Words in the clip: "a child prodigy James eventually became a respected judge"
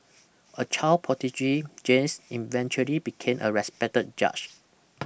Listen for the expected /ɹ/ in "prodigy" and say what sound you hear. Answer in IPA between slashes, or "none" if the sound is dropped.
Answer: none